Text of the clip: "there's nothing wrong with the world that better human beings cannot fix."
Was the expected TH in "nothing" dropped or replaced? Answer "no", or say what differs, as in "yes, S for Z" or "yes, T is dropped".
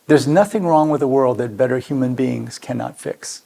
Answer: no